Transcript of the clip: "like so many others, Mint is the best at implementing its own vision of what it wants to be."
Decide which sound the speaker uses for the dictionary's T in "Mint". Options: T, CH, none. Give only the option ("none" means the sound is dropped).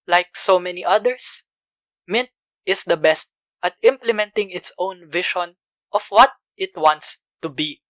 T